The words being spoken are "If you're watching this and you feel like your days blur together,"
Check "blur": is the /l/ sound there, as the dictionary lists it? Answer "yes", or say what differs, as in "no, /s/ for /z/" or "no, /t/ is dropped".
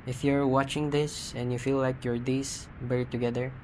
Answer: no, /l/ is dropped